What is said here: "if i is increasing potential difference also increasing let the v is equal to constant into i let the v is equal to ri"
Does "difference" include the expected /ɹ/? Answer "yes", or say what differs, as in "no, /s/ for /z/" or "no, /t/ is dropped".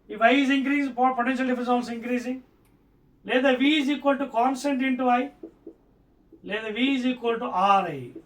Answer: no, /ɹ/ is dropped